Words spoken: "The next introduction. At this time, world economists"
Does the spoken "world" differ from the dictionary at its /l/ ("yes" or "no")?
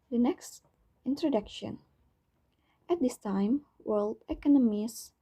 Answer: no